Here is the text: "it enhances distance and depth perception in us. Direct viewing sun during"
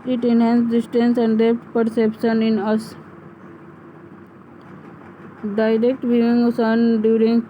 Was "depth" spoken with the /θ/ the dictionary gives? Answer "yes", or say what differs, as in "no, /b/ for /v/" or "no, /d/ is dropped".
no, /t/ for /θ/